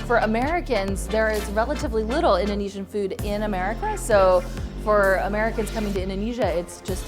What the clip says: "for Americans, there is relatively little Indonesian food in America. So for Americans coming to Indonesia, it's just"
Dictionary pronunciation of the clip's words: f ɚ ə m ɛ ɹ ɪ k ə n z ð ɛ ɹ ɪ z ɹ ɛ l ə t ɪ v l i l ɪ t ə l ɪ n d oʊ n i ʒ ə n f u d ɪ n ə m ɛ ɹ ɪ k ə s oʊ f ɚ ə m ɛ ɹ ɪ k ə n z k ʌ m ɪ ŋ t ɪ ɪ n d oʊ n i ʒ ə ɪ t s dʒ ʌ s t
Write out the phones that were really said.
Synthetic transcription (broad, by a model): f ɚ ə m ɛ ɹ ɪ k ə n z ð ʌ ɹ ɪ z ɹ ɛ l ə t ɪ v l i l ɪ t l ɪ n d oʊ n i ʒ ə n f u d ɪ n ə m ɛ ɹ ɪ k ə s oʊ f ɚ ə m ɛ ɹ ɪ k ə n z k ʌ m ɪ ŋ t ɪ ɪ n d oʊ n i ʒ ə ɪ t s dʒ ʌ s t